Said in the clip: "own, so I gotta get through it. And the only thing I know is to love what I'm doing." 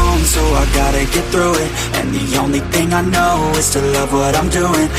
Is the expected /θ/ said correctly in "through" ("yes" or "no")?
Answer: yes